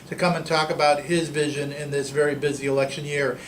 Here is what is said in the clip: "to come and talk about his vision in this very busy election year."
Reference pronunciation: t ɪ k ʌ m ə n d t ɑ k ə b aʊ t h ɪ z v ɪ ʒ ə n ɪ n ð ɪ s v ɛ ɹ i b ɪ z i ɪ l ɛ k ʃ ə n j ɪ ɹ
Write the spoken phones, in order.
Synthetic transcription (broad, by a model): t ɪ k ʌ m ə n t ɑ k ə b aʊ t h ɪ z v ɪ ʒ ə n ɪ n ð ɪ s v ɛ ɹ i b ɪ z i ɪ l ɛ k ʃ ə n j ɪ ɹ